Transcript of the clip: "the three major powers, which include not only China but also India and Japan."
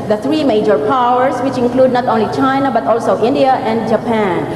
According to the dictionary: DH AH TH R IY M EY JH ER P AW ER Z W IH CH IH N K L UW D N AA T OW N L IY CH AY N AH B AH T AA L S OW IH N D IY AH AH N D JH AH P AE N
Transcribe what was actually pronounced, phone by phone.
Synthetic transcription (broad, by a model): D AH T R IY M EY JH ER P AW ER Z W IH CH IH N K L UW D N AA T OW N L IY CH AY N AH B AH T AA L S OW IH N D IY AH AH N D JH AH P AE N